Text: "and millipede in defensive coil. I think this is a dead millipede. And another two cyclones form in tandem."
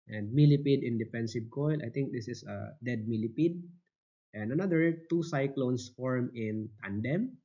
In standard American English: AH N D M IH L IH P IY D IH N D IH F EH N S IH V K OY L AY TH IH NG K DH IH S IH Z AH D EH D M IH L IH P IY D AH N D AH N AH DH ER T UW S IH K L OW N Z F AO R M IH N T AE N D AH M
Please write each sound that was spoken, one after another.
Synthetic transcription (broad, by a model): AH N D M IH L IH P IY D IH N D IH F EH N S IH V K OY L AY T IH NG K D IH S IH S AH D EH D M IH L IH P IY D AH N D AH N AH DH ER T UW S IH K L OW N S F AO R M IH N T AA N D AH M